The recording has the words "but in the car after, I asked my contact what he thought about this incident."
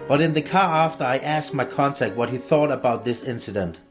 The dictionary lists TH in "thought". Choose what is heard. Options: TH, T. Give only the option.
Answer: TH